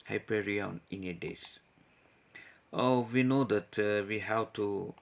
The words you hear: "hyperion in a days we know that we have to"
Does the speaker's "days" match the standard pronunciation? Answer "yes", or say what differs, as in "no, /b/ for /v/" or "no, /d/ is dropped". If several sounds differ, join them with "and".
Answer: no, /s/ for /z/